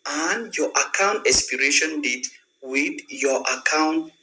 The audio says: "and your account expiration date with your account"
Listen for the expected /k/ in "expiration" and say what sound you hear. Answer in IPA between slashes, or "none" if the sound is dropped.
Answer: none